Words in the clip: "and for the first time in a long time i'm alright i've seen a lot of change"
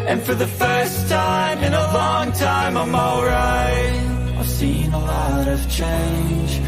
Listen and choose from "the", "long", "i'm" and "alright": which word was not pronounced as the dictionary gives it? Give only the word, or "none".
alright